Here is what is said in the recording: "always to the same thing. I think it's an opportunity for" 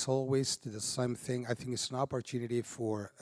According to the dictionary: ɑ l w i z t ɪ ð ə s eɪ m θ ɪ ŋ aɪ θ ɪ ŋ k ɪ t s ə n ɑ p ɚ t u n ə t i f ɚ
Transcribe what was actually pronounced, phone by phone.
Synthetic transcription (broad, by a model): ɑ l w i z t ɪ ð ə s eɪ m θ ɪ ŋ aɪ θ ɪ ŋ k ɪ t s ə n ɑ p ɚ t u n ə t i f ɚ